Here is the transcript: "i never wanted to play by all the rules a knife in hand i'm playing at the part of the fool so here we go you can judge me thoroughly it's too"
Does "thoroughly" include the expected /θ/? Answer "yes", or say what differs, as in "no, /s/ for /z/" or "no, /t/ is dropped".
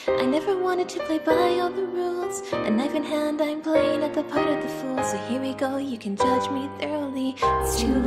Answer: yes